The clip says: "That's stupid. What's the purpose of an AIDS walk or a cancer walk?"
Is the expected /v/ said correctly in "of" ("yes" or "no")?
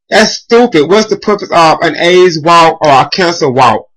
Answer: yes